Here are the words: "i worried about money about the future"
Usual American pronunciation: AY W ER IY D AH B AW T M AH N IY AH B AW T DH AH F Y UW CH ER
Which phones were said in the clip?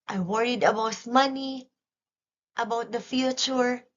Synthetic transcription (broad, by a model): AY W ER IY D AH B AW T M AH N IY AH B AW T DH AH F Y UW CH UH